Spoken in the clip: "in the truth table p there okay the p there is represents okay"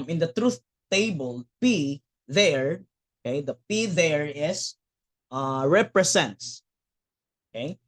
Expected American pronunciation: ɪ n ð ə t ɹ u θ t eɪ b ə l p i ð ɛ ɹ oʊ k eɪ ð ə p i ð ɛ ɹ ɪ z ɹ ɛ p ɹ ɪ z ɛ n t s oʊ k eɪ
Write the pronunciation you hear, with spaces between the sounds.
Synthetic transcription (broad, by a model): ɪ n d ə t ɹ u θ t eɪ b ə l p i ð ɛ ɹ oʊ k eɪ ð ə p i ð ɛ ɹ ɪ s ɹ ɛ p ɹ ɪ s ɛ n t s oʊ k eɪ